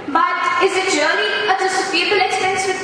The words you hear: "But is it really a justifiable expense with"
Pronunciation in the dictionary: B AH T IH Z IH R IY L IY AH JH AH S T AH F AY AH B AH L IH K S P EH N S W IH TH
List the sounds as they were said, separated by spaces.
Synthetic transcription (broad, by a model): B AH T IH Z IH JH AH N IY AH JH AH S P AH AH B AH L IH K S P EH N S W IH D